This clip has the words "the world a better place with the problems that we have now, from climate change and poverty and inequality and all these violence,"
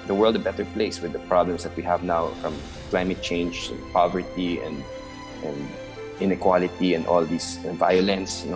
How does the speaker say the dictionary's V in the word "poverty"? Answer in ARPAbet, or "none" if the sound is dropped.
V